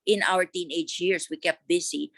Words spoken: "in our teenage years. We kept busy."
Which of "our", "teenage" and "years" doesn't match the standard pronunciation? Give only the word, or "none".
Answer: years